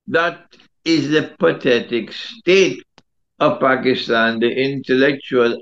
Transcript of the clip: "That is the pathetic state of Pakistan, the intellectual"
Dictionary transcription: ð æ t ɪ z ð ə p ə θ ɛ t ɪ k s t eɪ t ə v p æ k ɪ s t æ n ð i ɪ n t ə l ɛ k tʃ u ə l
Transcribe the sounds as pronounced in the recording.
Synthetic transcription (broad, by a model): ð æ t ɪ z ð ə p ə t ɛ t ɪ k s t eɪ t ə v p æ k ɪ s t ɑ n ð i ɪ n t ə l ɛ k tʃ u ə l